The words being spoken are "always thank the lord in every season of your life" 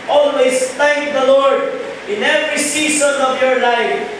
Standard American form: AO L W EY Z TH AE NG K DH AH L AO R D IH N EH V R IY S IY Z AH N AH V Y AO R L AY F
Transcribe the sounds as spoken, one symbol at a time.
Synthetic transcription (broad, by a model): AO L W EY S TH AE NG K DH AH L AO R D IH N EH V R IY S IY S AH N AH V Y AO R L AY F